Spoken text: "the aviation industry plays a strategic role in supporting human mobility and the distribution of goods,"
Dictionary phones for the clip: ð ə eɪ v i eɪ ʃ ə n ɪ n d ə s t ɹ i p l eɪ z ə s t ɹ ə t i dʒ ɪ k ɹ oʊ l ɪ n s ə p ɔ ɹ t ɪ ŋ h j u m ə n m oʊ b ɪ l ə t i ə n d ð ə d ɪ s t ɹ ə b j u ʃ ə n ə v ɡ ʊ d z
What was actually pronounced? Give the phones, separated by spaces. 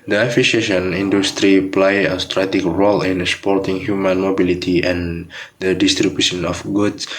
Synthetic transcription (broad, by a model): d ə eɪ f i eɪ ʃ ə n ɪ n d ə s t ɹ i p l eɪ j ə s t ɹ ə t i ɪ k ɹ oʊ l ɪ n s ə p ɔ ɹ t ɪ ŋ h j u m ə n m oʊ b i l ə t i ə n d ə d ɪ s t ɹ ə b j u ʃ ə n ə f ɡ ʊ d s